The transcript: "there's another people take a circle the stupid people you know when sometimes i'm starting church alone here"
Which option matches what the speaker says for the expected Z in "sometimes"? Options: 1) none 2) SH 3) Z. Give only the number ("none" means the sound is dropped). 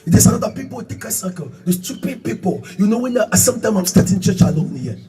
1